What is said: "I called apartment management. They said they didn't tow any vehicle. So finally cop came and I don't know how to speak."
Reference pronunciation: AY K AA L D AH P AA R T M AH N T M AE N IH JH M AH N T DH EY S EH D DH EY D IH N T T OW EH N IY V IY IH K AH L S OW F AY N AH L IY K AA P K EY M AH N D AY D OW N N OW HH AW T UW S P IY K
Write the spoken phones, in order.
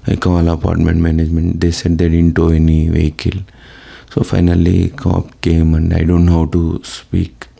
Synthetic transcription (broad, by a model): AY K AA L AH P AA R T M AH N T M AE N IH JH M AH N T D EY S EH D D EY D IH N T T OW EH N IY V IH K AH L S OW F AY N AH L IY K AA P K EY M AH N D AY D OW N N HH AW T UW S P IY K